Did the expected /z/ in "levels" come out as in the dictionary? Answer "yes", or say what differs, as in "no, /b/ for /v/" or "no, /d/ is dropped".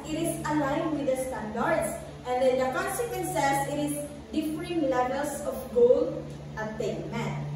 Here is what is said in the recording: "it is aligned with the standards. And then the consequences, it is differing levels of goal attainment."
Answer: no, /s/ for /z/